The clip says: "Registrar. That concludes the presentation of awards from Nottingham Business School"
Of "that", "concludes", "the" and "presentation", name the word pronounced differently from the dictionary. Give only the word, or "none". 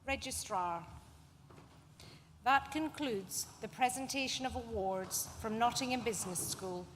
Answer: none